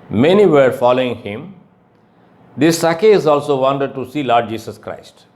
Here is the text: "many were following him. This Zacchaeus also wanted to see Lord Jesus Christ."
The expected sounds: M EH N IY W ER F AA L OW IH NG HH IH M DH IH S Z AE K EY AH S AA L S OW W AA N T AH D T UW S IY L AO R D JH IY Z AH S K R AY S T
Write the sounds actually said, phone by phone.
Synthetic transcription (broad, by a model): M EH N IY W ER F AA L OW IH NG HH IH M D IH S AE K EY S AA L S OW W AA N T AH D T UW S IY L AO R D JH IY S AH S K R AY S T